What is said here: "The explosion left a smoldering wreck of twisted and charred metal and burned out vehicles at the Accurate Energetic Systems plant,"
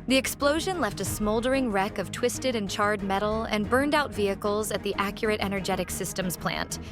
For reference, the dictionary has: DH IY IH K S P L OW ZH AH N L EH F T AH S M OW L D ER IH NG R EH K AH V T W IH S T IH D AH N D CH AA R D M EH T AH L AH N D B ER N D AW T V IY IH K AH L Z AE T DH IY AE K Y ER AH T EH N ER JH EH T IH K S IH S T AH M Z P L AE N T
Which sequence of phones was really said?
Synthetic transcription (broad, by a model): DH IY IH K S P L OW ZH AH N L EH F T AH S M OW L D ER IH NG R EH K AH V T W IH S T IH D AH N CH AA R D M EH T L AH N B ER N D AW T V IY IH K L Z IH T DH IY AE K Y ER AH T EH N ER JH EH T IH K S IH S T AH M Z P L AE N T